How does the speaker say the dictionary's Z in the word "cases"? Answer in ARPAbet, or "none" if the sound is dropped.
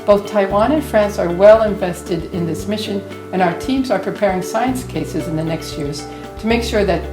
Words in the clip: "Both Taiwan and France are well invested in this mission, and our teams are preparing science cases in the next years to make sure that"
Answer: Z